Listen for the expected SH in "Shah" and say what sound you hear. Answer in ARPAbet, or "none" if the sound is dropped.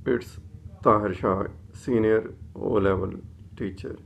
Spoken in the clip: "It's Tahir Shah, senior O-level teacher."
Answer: SH